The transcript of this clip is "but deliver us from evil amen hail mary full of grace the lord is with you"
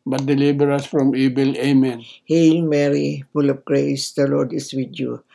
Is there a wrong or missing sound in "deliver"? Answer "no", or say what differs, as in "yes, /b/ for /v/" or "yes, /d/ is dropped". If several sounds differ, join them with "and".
yes, /b/ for /v/